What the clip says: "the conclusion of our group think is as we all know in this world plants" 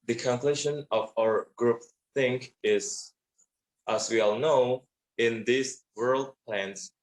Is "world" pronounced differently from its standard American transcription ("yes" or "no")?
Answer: no